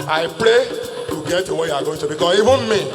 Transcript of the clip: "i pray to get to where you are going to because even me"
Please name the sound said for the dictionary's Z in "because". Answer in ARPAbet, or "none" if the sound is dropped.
none